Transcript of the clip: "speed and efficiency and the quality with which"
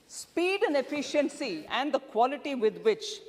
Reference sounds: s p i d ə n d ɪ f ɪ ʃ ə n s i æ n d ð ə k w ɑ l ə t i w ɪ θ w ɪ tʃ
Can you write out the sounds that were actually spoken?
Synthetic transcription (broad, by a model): s p i d ə n d ɪ f ɪ ʃ ə n s i æ n d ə k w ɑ l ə t i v ɪ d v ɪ tʃ